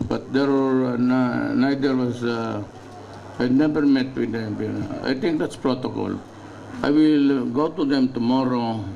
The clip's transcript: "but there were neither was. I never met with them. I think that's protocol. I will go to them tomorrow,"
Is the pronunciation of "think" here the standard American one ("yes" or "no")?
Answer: no